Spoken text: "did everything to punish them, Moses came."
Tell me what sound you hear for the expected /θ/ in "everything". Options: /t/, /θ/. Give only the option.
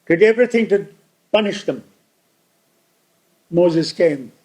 /θ/